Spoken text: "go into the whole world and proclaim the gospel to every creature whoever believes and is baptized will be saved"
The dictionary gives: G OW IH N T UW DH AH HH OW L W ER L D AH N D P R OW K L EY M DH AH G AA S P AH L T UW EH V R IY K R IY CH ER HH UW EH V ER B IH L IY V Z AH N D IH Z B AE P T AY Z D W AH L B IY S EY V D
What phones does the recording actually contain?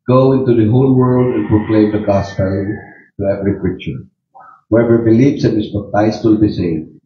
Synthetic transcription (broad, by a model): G OW IH N T UW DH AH HH OW L W ER L D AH N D P R OW K L EY M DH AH G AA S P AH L T UW EH V R IY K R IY CH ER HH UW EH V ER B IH L IY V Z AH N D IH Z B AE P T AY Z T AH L B IY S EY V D